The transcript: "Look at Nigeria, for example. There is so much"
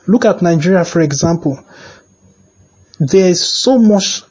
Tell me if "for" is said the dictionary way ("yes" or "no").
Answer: yes